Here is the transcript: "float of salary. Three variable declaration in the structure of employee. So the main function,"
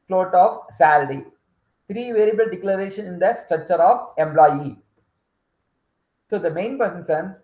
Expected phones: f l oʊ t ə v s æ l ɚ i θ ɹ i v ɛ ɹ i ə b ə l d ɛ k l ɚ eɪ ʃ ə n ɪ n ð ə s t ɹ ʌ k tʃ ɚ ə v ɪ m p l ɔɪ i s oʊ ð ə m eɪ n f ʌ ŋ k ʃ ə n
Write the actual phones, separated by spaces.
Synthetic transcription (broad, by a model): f l oʊ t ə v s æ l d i t ɹ i v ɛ ɹ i b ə l d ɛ k l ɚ eɪ ʃ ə n ɪ n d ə s t ɹ ʌ k tʃ ɚ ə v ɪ m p l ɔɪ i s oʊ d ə m eɪ n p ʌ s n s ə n